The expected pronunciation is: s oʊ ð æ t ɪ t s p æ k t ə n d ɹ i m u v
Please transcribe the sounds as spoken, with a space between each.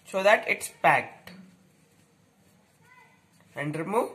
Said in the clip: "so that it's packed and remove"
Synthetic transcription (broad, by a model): s oʊ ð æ t ɪ t s p æ k t ə n d ɹ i m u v